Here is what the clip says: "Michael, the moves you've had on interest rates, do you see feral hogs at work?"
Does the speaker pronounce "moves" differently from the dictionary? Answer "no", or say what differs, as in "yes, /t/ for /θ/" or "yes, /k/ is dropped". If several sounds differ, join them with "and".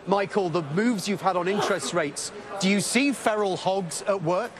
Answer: no